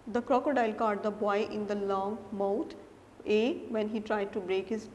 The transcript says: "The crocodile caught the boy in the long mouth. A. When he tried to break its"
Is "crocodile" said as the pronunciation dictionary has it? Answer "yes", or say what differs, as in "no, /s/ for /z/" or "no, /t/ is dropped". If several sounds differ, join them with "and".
yes